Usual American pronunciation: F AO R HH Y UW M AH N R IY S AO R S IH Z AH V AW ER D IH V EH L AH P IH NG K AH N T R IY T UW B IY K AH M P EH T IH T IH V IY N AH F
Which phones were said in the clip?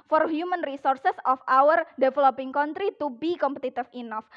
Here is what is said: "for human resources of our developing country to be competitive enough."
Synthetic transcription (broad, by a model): F AO R HH Y UW M AH N R IY S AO R S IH S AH F AW ER D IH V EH L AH P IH NG K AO N T R IY T UW B IY K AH M P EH T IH T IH F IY N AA F